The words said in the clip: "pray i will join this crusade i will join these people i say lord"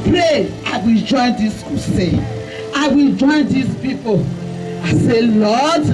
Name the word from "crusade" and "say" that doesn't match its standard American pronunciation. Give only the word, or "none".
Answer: crusade